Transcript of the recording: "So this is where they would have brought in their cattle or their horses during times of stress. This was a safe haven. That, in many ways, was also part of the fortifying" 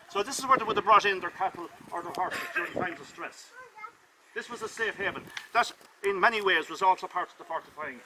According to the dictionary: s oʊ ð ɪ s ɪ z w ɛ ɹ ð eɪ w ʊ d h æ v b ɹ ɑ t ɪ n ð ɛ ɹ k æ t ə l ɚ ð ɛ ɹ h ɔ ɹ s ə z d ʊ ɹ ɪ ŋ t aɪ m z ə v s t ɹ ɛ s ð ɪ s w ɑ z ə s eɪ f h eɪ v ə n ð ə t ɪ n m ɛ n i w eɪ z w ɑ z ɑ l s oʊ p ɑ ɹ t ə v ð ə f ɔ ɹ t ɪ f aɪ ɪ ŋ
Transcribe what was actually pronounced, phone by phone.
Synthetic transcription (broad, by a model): s oʊ ð ɪ s ɪ z w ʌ ɹ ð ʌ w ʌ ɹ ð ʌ b ɹ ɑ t ɪ n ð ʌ ɹ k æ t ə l ɚ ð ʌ ɹ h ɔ ɹ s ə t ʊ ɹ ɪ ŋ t aɪ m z ə v s t ɹ ɛ s ð ɪ s w ɑ z ə s eɪ f h eɪ v ə n ð ə t ɪ n m ɛ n i w eɪ z w ɑ z ɑ l s oʊ p ɑ ɹ t ə v ð ə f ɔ ɹ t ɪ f aɪ ɪ ŋ